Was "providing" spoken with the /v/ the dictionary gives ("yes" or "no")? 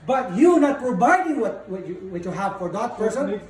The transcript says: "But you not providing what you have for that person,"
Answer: no